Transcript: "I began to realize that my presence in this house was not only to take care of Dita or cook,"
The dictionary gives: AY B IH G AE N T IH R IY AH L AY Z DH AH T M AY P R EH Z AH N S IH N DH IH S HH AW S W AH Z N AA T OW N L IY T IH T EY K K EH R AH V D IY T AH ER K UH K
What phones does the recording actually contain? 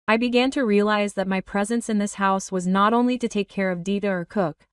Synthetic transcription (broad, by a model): AY B IH G AE N T IH R IY AH L AY Z DH AH T M AY P R EH Z AH N S IH N DH IH S HH AW S W AH Z N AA T OW N L IY T IH T EY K K EH R AH V D IY T AH ER K UH K